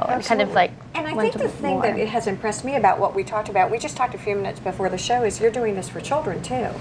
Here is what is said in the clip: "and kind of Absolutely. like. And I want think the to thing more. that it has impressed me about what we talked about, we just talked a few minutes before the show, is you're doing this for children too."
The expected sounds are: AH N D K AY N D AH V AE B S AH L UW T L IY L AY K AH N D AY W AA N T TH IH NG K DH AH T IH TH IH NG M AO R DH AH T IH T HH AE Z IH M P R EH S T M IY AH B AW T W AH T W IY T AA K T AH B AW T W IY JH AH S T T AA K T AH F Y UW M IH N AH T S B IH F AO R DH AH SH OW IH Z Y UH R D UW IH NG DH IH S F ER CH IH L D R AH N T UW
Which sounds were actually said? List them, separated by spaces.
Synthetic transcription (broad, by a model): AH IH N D AH V L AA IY K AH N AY AA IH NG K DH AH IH TH IH NG DH AH T IH T HH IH Z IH M P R EH S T M IY AH B AW T W AH T W IY T AA K T AH B AW T W IY JH AH S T T AA K T AH F Y UW M IH N AH T S B IH F AO R DH AH SH OW IH Z Y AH R D UW IH NG DH IH S F ER CH IH L D R AH N T UW